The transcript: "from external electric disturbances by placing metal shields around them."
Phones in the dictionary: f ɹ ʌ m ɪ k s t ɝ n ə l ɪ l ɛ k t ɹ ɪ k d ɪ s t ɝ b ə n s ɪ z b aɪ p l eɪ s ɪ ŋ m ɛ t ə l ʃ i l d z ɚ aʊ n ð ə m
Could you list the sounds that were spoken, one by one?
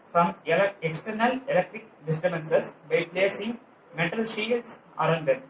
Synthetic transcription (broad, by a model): f ɹ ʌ m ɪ k s t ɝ n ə l ɪ l ɛ k t ɹ ɪ k d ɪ s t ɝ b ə n s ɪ s b aɪ p l eɪ s ɪ ŋ m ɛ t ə l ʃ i d s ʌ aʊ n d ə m